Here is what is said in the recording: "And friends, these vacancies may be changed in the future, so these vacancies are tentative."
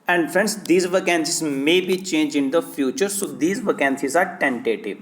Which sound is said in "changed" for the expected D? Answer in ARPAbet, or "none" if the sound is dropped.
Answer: none